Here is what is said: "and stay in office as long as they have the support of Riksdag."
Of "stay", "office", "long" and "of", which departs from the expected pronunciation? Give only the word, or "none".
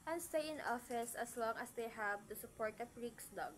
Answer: of